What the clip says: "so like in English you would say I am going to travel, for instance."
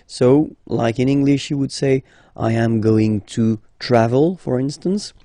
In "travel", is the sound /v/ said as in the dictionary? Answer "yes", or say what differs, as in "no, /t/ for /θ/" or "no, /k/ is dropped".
yes